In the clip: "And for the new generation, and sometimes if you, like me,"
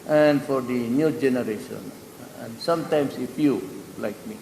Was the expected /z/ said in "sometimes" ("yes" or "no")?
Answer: no